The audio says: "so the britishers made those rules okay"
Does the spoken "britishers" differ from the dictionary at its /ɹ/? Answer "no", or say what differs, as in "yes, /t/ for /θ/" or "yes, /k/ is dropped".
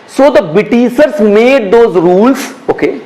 yes, /ɹ/ is dropped